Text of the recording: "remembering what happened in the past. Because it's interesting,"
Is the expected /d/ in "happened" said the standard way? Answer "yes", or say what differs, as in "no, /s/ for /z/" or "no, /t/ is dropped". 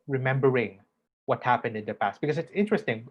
yes